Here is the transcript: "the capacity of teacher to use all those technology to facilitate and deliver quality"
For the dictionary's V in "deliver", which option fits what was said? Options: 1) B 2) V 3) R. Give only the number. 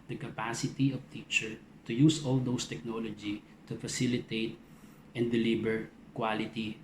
1